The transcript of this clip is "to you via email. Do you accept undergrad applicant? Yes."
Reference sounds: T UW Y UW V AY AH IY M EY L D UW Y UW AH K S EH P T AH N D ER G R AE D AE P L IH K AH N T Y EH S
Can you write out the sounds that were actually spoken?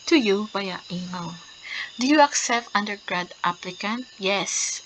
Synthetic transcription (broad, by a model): T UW Y UW B AY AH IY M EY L D UW Y UW AH K S EH P T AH N D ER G R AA D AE P L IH K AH N T Y EH S